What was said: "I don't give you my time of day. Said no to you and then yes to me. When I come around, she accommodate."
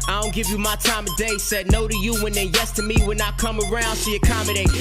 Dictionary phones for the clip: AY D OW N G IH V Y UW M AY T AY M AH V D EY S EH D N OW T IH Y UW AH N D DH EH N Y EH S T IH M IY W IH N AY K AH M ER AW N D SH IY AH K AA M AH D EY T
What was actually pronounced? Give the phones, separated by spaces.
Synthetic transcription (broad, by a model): AY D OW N G IH V Y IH M AY T AY M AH D EY S EH D N OW T IH Y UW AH N DH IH N Y EH S T IH M IY W IH N AY K AH M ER AW N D S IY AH K AA M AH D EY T